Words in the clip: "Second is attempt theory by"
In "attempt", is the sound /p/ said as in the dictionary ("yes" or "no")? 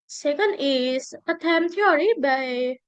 no